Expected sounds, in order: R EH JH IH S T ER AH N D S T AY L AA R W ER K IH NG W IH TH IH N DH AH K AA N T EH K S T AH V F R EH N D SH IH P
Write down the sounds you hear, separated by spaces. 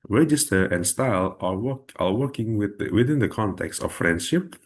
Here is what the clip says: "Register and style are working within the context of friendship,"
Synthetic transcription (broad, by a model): R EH JH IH S T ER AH N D S T AY L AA W W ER K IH NG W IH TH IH N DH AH K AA N T EH K S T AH F F R EH N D SH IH P